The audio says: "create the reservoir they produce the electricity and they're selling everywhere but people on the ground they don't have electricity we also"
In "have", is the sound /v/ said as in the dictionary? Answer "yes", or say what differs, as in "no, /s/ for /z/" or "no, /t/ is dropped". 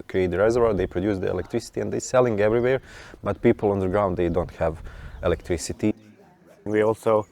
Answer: yes